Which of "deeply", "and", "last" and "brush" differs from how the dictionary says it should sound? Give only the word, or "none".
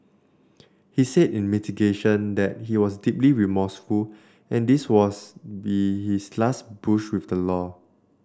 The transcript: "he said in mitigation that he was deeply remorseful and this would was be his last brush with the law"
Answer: brush